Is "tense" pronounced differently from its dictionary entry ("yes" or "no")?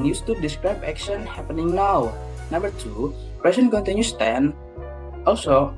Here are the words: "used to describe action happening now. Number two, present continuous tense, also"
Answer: yes